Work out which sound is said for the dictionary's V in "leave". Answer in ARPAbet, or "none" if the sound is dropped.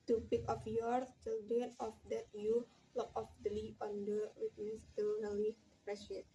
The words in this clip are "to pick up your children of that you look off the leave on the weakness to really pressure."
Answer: none